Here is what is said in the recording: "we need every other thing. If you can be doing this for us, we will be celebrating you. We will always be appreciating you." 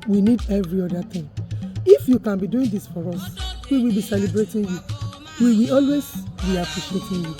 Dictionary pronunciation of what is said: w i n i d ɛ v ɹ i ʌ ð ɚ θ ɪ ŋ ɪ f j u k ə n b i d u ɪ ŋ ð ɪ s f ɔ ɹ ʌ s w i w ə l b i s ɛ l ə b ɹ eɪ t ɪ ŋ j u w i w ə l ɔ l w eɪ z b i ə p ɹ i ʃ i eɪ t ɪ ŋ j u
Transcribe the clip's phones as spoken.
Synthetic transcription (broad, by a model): w i n i d ɛ v ɹ i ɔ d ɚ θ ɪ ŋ ɪ f j u k ə n b i d u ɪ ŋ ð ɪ s f ɔ ɹ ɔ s w i w ə l b i s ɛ l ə b ɹ eɪ t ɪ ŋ j u w i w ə ɔ l w eɪ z b i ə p l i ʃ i eɪ t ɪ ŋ j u